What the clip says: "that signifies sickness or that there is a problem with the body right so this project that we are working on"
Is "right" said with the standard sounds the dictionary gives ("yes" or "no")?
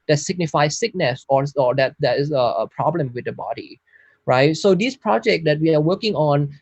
yes